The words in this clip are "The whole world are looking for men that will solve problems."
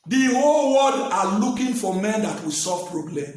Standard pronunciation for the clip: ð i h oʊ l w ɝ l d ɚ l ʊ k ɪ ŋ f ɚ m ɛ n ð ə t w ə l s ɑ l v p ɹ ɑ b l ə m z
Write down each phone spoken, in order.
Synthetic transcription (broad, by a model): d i h oʊ l w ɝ d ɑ l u k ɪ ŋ f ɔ m ɛ n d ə t w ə s ɑ v p ɹ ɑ b l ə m